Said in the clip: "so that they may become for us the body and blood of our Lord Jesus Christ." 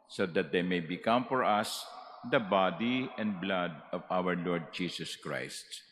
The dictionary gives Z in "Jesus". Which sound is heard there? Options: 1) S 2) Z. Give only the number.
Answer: 1